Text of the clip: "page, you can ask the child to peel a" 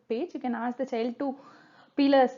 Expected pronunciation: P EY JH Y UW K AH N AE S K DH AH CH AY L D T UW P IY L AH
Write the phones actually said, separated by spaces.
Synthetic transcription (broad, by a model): P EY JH Y UW K AH N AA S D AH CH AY L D T UW P IY L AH